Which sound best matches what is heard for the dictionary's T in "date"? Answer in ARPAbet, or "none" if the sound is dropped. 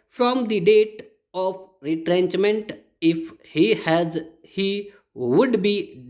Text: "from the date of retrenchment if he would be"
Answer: T